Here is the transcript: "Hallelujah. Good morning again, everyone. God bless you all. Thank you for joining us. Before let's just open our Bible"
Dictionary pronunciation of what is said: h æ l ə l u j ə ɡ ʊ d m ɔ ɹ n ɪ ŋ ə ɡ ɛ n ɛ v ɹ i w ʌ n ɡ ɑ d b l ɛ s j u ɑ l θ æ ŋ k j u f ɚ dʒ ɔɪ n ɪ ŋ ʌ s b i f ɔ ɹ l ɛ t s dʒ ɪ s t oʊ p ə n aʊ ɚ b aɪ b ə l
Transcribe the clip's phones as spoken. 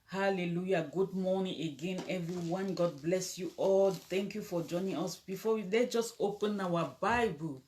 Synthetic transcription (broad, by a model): h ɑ l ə l u j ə ɡ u d m ɔ n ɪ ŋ ə ɡ ɛ n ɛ v ɹ i w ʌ n ɡ ɑ d b l ɛ s j u ɑ l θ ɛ ŋ k j u f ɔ dʒ ɔɪ n ɪ ŋ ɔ s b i f ɔ w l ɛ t dʒ ɪ s t oʊ p ə n aʊ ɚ b aɪ b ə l